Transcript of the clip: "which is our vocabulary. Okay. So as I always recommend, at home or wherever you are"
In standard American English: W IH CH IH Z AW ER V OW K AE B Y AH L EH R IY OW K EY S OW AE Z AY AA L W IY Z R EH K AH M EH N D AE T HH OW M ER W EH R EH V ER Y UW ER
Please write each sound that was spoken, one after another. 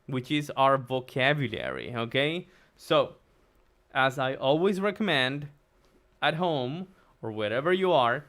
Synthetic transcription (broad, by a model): W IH CH IH Z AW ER V OW K AE B Y AH L EH R IY OW K EY S OW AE Z AY AA L W IY Z R EH K AH M EH N D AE T HH OW M ER W EH R EH V ER Y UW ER